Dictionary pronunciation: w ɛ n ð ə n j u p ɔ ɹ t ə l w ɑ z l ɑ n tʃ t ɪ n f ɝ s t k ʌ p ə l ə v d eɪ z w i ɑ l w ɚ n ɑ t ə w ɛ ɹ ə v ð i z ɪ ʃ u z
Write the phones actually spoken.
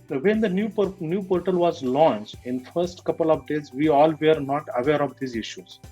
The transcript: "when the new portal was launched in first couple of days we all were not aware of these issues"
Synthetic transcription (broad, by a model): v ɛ n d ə n j u p ɔ ɹ t ə l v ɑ z l ɑ n tʃ t ɪ n f ɝ s t k ʌ p ə l ə v d eɪ z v i ɑ l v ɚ n ɑ t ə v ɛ ɹ ə v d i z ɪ ʃ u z